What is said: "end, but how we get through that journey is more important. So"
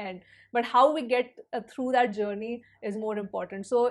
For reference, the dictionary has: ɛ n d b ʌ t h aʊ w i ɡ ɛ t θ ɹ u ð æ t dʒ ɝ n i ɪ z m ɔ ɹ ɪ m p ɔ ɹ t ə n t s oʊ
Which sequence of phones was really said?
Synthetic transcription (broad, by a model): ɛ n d b ʌ t h aʊ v i ɡ ɛ t t ɹ u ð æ t dʒ ɝ n i ɪ z m ɔ ɹ ɪ m p ɔ ɹ t ə n t s oʊ